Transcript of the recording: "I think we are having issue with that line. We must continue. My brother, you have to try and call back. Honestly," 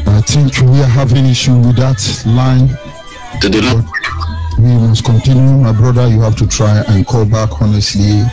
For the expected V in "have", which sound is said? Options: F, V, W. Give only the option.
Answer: F